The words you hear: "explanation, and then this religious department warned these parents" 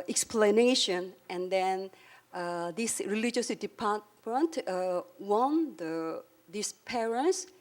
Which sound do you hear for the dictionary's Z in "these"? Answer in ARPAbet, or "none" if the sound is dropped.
S